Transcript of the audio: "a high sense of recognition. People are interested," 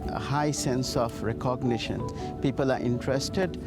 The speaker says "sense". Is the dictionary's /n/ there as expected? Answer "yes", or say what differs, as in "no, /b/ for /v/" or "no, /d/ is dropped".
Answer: yes